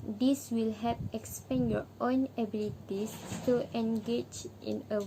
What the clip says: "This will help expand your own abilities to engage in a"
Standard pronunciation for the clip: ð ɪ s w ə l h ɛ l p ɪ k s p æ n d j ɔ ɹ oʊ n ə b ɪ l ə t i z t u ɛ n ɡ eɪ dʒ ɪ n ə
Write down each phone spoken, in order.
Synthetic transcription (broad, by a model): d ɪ s w ə l h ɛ p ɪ k s p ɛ n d j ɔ oʊ n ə b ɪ l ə t i s t u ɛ n ɡ eɪ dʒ ɪ n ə